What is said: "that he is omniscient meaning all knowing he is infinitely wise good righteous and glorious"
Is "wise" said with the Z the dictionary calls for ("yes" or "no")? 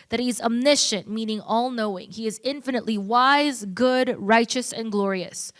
yes